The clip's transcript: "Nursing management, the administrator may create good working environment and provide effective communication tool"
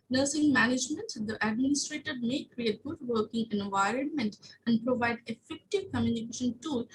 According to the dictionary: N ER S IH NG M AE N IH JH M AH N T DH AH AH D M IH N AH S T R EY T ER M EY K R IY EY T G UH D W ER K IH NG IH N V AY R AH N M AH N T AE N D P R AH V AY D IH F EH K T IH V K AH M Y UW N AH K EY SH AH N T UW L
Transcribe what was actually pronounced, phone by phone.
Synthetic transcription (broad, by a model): N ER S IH NG M AE N IH JH M AH N T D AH AH D M IH N AH S T R EY T ER M EY K R IY EY T G UH D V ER K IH NG IH N V AY R AH N M AH N T AE N D P R AH V AY D IH F EH K T IH V K AH M Y UW N AH K EY SH AH N T UW L